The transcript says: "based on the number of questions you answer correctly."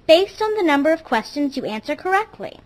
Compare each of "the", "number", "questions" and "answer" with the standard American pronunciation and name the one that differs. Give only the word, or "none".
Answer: none